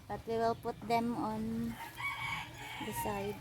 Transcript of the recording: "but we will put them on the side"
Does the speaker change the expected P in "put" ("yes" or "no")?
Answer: no